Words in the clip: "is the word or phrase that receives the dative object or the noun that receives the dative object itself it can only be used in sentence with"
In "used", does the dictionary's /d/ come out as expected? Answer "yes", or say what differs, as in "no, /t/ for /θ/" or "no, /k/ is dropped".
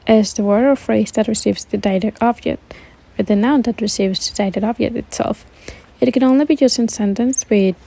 no, /d/ is dropped